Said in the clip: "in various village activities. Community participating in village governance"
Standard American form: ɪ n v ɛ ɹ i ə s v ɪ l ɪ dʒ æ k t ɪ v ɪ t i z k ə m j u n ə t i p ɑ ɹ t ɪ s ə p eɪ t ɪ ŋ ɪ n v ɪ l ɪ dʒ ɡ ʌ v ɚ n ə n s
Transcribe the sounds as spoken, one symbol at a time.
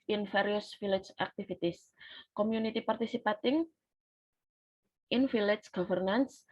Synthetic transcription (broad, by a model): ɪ n f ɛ ɹ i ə s f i l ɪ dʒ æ k t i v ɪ t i s k ə m j u n ə t i p ɑ ɹ t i s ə p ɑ t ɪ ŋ ɪ n f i l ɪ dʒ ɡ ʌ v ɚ n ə n s